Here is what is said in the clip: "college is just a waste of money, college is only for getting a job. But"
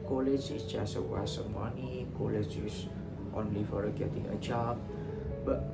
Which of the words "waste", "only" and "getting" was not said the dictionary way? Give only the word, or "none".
waste